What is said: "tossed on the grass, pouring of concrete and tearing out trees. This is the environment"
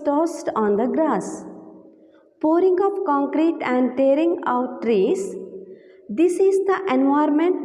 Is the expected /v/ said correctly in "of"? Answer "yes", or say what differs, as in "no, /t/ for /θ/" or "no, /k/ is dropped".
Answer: no, /p/ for /v/